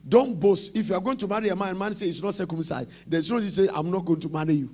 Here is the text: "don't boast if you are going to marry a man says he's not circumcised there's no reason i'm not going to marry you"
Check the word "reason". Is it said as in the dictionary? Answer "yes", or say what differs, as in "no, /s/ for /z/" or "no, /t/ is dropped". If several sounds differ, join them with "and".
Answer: no, /s/ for /z/ and /n/ is dropped